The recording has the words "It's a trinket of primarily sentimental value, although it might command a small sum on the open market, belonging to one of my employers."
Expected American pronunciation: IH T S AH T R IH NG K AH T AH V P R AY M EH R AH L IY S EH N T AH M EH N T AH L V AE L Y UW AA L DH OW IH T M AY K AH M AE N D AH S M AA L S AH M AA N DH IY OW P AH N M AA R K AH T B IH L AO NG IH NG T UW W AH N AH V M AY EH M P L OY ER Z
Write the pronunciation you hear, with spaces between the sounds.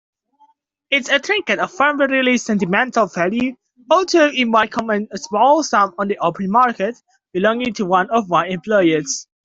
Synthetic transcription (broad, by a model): IH T S AH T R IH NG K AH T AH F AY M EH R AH L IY S EH N T AH M EH N T AH L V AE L Y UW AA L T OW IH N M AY K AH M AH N AH S M AA L S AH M AA N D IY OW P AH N M AA R K AH T B IH L AO NG IH NG T UW W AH N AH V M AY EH M P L OY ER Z